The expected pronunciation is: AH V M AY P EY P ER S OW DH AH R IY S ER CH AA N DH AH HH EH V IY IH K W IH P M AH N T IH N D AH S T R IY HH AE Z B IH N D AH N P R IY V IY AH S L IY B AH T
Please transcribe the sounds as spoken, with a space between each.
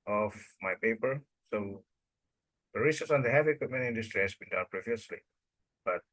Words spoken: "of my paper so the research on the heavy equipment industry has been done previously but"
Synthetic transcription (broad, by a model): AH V M AY P EY P ER S OW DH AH R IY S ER S AA N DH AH HH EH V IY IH K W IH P M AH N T IH N D AH S T R IY HH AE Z B IH N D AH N P R IY V IY AH S L IY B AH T